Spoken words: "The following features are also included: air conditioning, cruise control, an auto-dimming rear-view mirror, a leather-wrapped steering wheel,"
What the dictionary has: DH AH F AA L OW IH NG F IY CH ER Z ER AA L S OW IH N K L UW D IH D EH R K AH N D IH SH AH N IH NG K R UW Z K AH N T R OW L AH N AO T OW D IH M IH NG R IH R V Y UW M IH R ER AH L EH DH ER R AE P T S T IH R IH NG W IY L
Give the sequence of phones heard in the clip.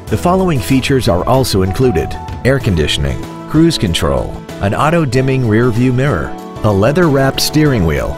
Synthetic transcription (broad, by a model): DH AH F AA L OW IH NG F IY CH ER Z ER AA L S OW IH N K L UW D IH D EH R K AH N D IH SH AH N IH NG K R UW Z K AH N T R OW L AH N AO T OW D IH M IH NG R IH R V Y UW M IH R ER AH L EH DH ER R AE P T S T IH R IH NG W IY L